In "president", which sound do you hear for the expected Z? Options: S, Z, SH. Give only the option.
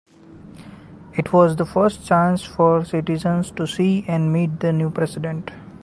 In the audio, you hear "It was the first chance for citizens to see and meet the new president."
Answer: S